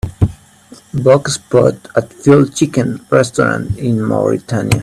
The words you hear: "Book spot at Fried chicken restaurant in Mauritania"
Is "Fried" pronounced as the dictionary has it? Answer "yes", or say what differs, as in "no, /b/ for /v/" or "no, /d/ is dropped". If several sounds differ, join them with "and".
no, /ɹ/ is dropped